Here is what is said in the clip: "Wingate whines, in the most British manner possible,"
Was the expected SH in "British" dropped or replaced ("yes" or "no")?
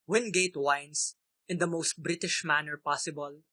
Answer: no